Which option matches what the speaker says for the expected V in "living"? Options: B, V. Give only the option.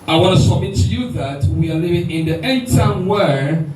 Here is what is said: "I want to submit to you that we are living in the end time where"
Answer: V